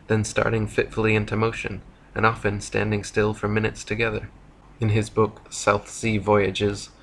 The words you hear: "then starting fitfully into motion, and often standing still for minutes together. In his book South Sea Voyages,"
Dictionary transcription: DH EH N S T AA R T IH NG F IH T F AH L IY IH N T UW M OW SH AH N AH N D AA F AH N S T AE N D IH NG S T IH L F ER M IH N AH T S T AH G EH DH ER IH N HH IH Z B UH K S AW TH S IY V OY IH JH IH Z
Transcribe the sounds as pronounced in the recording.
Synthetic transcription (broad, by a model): DH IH N S T AA R T IH NG F IH T F L IY IH N T UW M OW SH AH N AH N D AA F AH N S T AE N D IH NG S T IH L F ER M IH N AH T S T AH G EH DH ER IH N IH Z B UH K S AW TH S IY V OY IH JH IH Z